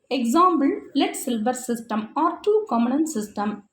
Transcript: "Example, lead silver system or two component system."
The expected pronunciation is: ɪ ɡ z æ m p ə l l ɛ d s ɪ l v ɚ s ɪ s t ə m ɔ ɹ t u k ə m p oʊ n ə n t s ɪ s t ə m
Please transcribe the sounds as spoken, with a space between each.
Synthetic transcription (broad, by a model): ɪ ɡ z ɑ m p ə l l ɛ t s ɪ l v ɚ s ɪ s t ə m ɔ ɹ t u k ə m oʊ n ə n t s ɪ s t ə m